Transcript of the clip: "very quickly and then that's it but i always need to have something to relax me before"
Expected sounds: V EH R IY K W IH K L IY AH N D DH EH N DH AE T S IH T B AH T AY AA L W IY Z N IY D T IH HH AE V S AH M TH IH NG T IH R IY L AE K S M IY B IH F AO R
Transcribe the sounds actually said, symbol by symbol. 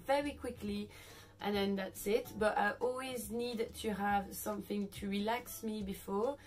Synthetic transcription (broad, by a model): V EH R IY K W IH K L IY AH N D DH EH N DH AE T S IH T B AH T AY AA L W IY Z N IY D T IH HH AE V S AH M TH IH NG T IH R IY L AE K S M IY B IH F AO R